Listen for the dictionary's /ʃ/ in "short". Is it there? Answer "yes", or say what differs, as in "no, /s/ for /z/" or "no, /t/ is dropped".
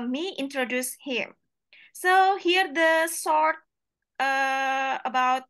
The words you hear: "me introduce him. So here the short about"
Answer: no, /s/ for /ʃ/